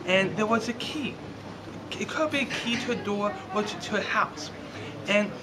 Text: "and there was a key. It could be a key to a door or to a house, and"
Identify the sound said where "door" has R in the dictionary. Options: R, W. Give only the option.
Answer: W